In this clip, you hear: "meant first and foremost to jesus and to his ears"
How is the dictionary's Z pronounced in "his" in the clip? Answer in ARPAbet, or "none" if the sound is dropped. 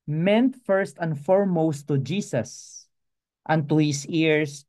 S